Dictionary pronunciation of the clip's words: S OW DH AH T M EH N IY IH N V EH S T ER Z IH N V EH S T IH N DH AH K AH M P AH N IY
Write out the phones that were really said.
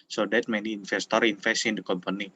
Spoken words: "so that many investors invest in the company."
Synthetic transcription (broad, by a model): S OW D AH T M EH N IY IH N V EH S T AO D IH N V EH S IH N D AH K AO M P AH N IY